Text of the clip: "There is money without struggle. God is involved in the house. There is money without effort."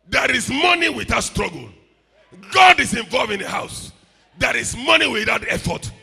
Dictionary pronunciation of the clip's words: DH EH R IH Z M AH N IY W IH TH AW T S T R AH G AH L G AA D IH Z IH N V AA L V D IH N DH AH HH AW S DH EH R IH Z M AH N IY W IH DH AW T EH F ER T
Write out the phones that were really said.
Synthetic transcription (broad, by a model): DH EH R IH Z M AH N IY W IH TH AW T S T R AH G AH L G AA D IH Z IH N V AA L V IH N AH HH AW S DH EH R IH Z M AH N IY W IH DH AW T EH F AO T